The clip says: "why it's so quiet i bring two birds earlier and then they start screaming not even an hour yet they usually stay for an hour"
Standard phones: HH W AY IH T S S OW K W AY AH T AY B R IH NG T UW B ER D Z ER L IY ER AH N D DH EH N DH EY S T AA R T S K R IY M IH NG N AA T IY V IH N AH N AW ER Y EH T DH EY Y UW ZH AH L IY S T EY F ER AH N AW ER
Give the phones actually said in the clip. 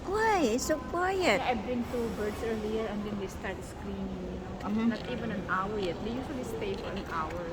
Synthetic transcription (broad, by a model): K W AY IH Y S S OW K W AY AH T AY B R IH NG T UW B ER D S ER L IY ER AH N D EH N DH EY S T AA R T S K R IY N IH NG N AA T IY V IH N AH N AW ER Y EH T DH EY Y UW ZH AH L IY S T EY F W AH N AW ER